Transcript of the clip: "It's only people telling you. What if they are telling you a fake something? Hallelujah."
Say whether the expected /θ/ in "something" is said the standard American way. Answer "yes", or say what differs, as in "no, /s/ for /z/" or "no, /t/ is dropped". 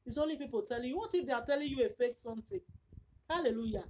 no, /t/ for /θ/